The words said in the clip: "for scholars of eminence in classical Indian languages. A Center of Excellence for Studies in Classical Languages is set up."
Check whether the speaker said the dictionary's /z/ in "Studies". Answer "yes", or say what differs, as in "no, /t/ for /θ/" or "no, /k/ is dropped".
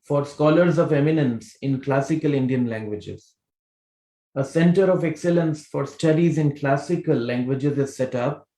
yes